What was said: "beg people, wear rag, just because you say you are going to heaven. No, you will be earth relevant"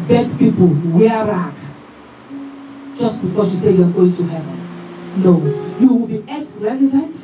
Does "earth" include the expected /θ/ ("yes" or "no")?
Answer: no